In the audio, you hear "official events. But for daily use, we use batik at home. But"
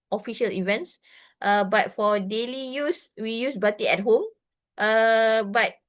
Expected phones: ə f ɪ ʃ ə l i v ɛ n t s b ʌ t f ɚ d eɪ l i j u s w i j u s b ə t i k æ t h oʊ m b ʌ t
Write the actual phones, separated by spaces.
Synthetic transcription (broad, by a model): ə f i ʃ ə l i v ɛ n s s b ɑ t f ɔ d eɪ l i j u s w i j u s b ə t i ɛ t h oʊ m b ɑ t